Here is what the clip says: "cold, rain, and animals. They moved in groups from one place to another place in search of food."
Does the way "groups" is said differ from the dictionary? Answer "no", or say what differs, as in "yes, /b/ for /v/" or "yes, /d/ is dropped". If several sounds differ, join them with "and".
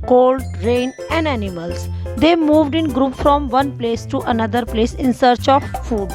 yes, /s/ is dropped